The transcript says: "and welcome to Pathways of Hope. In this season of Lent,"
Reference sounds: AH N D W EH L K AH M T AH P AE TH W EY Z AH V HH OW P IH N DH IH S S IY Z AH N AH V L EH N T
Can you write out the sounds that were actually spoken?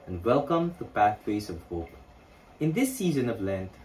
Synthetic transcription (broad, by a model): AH N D W EH L K AH M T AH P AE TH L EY S AH V HH OW P IH N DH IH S S IY Z AH N AH V L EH N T